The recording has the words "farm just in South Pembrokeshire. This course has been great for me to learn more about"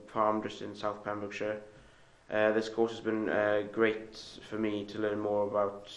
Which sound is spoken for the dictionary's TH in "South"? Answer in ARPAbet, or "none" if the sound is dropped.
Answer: TH